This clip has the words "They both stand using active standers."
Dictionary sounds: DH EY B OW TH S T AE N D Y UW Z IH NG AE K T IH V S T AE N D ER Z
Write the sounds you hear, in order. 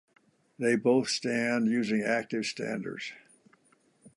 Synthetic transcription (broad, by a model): DH EY B OW TH S T AE N D Y UW Z IH NG AE K T IH V S T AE N D ER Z